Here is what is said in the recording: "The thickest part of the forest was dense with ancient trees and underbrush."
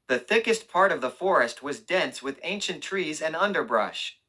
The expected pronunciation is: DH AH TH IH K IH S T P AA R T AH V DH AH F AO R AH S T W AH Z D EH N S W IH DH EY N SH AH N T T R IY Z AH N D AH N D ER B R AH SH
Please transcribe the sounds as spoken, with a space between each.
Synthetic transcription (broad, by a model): DH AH TH IH K IH S T P AA R T AH V DH AH F AO R AH S T W AH Z D EH N S W IH DH EY N SH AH N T T R IY Z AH N AH N D ER B R AH SH